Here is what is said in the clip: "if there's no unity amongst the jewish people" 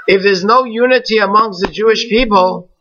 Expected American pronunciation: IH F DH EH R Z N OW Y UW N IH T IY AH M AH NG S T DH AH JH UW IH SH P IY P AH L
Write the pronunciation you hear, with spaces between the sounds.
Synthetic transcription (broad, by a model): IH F DH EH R Z N OW Y UW N IH T IY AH M AH NG S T DH AH JH UW IH SH P IY P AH L